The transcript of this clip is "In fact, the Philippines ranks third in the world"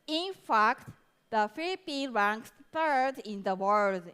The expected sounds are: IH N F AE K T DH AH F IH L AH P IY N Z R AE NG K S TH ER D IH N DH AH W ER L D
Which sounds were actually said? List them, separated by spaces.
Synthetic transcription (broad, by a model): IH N F AE K T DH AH F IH L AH P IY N R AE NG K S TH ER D IH N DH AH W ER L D